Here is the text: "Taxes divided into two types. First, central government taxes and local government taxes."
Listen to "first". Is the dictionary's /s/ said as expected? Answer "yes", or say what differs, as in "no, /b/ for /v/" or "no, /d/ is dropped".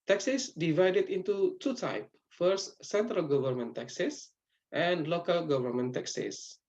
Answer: no, /s/ is dropped